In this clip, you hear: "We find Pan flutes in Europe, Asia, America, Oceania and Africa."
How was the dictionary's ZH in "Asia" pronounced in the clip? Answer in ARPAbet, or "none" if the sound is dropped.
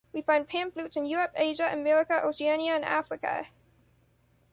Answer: ZH